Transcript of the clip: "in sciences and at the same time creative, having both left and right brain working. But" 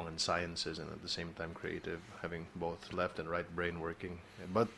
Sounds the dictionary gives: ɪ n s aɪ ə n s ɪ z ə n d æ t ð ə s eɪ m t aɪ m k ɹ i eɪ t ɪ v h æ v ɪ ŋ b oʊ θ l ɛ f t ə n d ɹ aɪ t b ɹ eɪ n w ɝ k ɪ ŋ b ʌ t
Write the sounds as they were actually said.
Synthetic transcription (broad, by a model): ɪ n s aɪ ə n s ɪ z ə n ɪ t ð ə s eɪ m t aɪ m k ɹ i eɪ t ɪ v h æ v ɪ ŋ b oʊ θ l ɛ f t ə n ɹ aɪ t b ɹ eɪ n w ɝ k ɪ ŋ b ʌ t